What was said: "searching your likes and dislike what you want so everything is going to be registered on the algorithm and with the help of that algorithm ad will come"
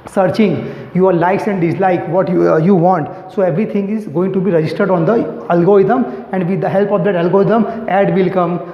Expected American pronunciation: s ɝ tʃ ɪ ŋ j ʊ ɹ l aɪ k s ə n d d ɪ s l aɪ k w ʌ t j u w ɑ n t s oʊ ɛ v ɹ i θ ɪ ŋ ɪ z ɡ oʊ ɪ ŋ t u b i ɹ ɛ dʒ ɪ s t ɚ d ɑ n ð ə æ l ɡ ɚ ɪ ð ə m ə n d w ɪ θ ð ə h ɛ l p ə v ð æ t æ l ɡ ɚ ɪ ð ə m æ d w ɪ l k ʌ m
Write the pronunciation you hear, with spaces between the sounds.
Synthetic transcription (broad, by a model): s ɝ tʃ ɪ ŋ j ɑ ɹ l aɪ k s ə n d d ɪ s l aɪ k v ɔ t j u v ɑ n t s oʊ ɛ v ɹ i t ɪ ŋ ɪ z ɡ oʊ ɪ ŋ t u b i ɹ ɛ dʒ ɪ s t ɚ d ɑ n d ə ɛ l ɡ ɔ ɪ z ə m ə n d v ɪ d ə h ɛ l p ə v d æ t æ l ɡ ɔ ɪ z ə m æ d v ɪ l k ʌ m